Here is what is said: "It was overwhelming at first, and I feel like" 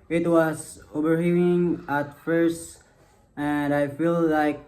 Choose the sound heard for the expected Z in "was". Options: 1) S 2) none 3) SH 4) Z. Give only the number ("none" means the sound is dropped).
1